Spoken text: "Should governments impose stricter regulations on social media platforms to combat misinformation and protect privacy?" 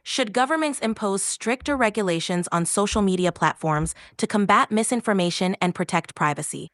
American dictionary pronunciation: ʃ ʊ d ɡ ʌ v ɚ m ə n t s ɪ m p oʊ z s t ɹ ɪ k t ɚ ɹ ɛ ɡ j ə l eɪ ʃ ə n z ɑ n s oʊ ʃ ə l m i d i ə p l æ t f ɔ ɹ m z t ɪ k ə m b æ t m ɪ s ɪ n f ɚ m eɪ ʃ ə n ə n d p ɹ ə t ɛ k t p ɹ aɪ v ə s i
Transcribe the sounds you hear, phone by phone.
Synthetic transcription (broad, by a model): ʃ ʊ d ɡ ʌ v ɚ m ə n t s ɪ m p oʊ z s t ɹ ɪ k t ɚ ɹ ɛ ɡ j ə l eɪ ʃ ə n z n s oʊ ʃ l m i d i ə p l æ t f ɔ ɹ m z t ɪ k ə m b æ t m ɪ s ɪ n f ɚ m eɪ ʃ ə n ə n p ɹ ə t ɛ k t p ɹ aɪ v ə s i